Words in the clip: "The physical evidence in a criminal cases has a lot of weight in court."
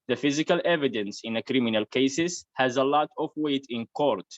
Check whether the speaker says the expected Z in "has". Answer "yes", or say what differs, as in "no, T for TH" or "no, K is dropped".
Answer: yes